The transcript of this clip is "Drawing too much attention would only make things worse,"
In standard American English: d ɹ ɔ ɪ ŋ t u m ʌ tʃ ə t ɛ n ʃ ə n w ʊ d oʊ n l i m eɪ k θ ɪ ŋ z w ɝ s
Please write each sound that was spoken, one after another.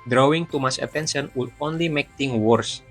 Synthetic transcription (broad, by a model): d ɹ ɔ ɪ ŋ t u m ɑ s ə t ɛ n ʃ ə n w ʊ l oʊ n l i m eɪ k t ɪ ŋ w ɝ s